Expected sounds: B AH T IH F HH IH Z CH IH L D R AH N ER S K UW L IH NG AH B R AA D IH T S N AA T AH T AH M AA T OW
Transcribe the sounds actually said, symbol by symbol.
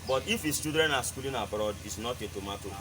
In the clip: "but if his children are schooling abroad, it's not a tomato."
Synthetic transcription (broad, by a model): B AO T IH F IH S CH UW D R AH N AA S K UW L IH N AH B R AA D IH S N AA T AH T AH M AA T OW